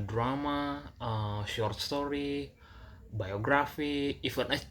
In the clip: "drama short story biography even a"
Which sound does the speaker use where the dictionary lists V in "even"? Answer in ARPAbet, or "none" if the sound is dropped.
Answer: F